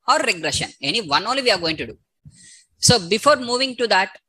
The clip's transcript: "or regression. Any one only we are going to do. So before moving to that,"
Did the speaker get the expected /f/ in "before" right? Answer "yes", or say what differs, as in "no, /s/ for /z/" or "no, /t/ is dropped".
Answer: yes